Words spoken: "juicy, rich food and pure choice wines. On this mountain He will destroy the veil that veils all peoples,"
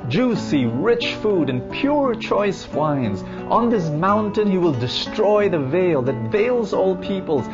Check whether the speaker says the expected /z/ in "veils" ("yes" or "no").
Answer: yes